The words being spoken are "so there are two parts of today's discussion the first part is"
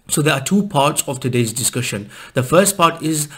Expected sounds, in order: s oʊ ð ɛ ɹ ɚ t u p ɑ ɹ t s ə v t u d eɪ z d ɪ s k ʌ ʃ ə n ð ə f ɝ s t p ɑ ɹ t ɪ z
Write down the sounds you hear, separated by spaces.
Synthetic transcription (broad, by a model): s oʊ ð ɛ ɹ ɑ t u p ɑ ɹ t s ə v t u d eɪ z d ɪ s k ʌ ʃ ə n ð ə f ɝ s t p ɑ t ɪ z